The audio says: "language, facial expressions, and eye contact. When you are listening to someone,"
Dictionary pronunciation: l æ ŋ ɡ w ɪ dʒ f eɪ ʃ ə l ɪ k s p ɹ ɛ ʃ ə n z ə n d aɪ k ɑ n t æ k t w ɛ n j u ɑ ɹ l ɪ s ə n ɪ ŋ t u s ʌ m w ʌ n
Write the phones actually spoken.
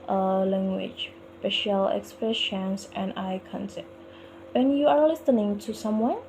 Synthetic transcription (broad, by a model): l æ ŋ ɡ w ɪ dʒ p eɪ ʃ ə l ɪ k s p ɹ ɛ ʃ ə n s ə n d aɪ k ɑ n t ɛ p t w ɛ n j u ɑ ɹ l ɪ s ə n ɪ ŋ t u s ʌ m w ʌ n